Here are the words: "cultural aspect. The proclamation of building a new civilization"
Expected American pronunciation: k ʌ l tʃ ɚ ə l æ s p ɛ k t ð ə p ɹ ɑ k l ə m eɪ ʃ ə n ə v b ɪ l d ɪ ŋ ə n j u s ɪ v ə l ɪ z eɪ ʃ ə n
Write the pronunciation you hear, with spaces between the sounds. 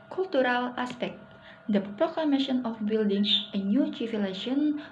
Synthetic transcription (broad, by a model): k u l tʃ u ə l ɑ s p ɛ k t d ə p ɹ ɑ k l ə m eɪ ʃ ə n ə f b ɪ l d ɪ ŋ ə n j u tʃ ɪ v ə l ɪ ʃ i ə n